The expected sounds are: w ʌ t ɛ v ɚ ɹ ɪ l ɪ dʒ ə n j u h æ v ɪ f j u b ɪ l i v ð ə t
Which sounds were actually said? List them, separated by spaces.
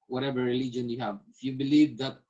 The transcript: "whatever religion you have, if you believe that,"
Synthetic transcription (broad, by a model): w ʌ t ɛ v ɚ ɹ ɪ l ɪ dʒ ə n j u h æ v ɪ f j u b ɪ l i v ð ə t